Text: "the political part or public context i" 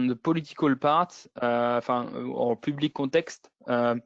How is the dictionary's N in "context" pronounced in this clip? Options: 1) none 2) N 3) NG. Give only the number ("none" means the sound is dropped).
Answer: 1